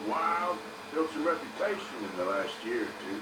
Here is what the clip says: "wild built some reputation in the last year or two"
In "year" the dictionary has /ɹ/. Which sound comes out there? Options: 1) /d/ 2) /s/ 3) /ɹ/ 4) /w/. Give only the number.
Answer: 3